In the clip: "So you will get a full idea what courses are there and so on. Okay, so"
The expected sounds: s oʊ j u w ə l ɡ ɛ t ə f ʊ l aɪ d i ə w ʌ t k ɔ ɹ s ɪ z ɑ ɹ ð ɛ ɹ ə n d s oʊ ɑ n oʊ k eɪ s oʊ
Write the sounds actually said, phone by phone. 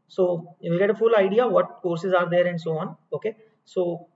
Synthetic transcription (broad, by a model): s oʊ j u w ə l ɡ ɛ t ə f ʊ l aɪ d i ə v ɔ t k ɔ ɹ s ɪ z ɑ ɹ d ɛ ɹ ə n d s oʊ ɑ n oʊ k eɪ s oʊ